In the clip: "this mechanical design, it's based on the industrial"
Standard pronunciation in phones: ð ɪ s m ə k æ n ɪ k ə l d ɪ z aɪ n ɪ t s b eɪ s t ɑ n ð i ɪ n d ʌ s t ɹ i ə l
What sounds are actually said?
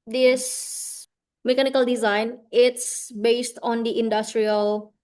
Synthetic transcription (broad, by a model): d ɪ s m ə k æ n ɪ k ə l d ɪ z aɪ n ɪ t s b eɪ s t ɑ n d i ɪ n d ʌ s t ɹ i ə l